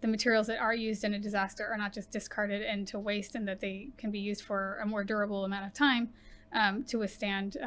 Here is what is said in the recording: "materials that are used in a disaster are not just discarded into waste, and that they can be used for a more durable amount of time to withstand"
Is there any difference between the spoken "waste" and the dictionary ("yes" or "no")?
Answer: no